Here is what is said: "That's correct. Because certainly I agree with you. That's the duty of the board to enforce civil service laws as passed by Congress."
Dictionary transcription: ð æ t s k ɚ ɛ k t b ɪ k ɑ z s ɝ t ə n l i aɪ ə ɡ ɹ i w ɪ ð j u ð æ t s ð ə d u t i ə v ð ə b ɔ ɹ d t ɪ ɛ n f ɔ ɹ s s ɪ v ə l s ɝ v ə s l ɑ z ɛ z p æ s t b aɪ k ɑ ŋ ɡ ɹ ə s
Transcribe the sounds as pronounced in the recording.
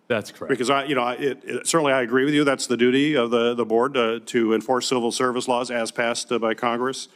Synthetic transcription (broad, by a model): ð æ t s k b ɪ k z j ɪ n ɑ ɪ s ɝ t n l i aɪ ə ɡ ɹ i w ɪ ð j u ð æ t s ð ə d u t i ə v ð ə b ɔ ɹ d t ɪ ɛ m f ɔ ɹ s s ɪ v l s ɝ v ə s l ɑ z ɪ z p æ s t b aɪ k ɑ ŋ ɡ ɹ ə s